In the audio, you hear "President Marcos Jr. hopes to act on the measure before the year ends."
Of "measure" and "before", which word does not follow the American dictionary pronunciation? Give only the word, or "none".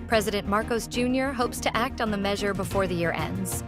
none